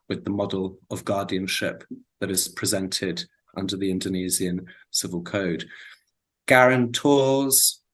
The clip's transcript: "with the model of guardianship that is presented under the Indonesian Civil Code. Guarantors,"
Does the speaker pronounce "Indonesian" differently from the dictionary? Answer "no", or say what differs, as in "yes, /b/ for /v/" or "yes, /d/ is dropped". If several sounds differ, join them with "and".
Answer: yes, /z/ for /ʒ/